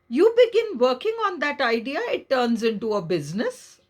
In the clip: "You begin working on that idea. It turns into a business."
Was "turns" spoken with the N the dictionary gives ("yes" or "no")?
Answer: yes